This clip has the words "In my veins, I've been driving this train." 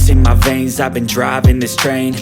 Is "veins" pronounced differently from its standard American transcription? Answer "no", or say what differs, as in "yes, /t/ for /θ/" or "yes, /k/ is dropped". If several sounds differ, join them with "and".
no